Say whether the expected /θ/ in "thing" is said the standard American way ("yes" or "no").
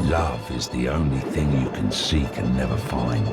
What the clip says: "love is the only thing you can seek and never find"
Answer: yes